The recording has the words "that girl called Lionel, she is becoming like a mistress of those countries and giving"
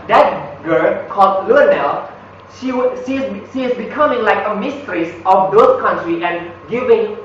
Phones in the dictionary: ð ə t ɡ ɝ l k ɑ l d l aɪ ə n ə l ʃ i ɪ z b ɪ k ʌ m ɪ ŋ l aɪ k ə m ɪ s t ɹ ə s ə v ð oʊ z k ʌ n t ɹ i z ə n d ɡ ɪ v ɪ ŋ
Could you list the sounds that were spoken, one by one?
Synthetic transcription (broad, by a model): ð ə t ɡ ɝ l k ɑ l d l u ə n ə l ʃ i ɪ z b ɪ k ʌ m ɪ ŋ l aɪ k ə m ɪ s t ɹ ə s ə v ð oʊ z k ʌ n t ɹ i ə n ɡ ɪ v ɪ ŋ